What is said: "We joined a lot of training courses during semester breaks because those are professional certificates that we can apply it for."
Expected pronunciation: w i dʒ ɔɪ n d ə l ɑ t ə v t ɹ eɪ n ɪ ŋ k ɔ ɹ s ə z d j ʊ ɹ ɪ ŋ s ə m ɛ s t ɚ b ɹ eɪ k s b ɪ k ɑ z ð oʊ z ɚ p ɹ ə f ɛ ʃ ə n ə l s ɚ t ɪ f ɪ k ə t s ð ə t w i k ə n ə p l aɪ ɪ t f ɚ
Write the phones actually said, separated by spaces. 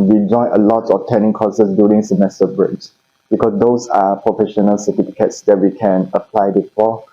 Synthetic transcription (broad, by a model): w i dʒ ɔɪ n ə l ɑ t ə f t eɪ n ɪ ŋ k ɔ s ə s d j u ɹ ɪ ŋ s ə m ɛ s t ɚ b ɹ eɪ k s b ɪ k ɑ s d oʊ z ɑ p ɹ ə f ɛ ʃ ə n ə l s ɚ t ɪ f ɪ k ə t s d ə t w i k ə n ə p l aɪ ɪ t f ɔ